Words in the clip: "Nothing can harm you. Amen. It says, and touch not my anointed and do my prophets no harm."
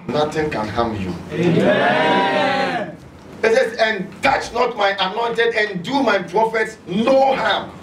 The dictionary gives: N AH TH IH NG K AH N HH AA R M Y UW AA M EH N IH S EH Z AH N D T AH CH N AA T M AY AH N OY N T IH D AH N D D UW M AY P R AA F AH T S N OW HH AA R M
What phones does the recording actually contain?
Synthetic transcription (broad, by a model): N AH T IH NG K AH N HH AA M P Y UW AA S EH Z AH N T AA CH N AA T M AY AH N OY N T IH D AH N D D UW M AY P R AA F AH T S N OW HH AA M